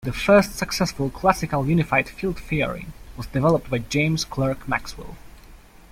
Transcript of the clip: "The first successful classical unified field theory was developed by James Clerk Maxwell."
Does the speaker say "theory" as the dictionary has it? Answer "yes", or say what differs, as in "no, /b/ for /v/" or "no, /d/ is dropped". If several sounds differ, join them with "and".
no, /f/ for /θ/